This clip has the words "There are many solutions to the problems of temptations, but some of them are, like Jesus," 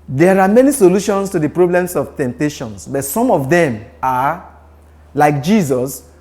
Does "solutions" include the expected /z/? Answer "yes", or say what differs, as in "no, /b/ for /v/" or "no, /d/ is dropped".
no, /s/ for /z/